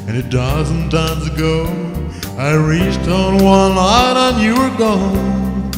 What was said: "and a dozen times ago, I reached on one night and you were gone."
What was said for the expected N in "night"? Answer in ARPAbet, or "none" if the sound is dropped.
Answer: L